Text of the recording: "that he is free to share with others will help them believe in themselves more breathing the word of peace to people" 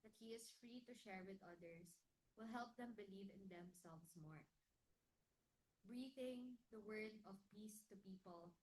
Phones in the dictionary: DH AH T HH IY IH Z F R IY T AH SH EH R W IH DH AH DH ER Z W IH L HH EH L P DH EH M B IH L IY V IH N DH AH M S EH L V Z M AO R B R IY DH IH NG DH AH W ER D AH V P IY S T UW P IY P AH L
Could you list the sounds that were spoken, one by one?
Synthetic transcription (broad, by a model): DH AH T HH IY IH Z F R IY T AH SH EH R W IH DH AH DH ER S W IH L HH EH L P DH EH M B IH L IY V IH N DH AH M S EH L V S M AO R B R IY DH IH NG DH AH W ER D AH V P IY S T UW P IY P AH L